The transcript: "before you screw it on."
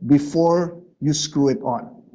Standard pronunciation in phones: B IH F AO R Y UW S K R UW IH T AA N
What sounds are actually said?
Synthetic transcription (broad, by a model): B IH F AO R Y UW S K R UW IH T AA N